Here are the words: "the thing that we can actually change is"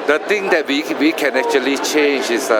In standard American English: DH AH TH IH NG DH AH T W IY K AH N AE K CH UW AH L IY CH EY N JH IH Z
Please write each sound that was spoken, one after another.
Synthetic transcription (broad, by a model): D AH T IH NG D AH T W IY K AH N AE K CH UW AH L IY CH EY N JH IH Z